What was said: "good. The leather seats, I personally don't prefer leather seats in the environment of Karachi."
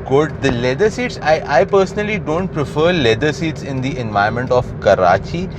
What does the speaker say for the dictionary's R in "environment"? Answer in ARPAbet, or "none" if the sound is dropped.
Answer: none